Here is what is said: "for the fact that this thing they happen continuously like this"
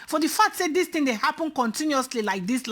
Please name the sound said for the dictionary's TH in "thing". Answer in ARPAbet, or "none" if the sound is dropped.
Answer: T